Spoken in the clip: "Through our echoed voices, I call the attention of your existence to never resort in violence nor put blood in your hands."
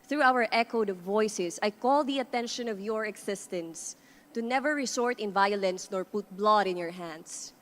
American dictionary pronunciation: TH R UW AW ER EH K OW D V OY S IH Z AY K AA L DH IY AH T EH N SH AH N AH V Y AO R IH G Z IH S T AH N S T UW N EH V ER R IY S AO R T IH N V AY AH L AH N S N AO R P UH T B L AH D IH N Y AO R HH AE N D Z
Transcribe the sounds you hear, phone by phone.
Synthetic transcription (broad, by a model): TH R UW AW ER EH K OW D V OY S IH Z AY K AA L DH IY AH T EH N SH AH N AH V Y AO R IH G S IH S T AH N S T UW N EH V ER R IY S AO R T IH N V AY AH L AH N S N AO R P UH T B L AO D IH N Y AO R HH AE N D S